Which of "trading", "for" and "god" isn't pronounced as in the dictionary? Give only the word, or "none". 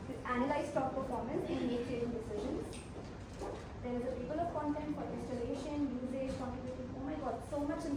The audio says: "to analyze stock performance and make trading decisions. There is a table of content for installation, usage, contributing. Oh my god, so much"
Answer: trading